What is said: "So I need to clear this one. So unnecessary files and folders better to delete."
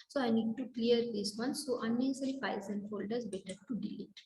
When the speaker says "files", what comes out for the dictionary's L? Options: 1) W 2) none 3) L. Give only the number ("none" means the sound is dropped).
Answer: 2